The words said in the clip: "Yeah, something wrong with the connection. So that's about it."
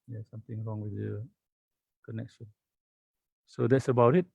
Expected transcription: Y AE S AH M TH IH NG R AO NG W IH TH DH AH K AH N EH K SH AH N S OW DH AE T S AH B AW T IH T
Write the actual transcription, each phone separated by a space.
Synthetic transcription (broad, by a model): Y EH S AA M T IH NG R AO NG W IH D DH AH K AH N EH K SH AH N S OW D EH T S AH B AW T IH T